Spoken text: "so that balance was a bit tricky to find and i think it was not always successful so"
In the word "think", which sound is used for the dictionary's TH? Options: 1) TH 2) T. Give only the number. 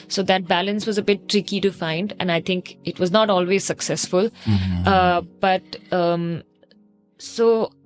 2